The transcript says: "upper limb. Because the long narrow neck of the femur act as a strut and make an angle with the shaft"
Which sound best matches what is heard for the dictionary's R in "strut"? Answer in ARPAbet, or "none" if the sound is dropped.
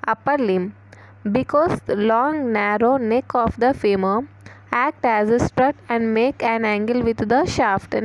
R